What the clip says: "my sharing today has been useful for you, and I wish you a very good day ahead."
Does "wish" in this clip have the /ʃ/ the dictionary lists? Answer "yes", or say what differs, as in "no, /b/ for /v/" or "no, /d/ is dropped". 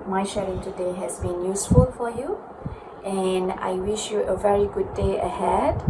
yes